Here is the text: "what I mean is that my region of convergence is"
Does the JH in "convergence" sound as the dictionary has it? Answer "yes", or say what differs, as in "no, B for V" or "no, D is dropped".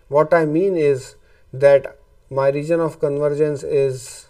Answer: yes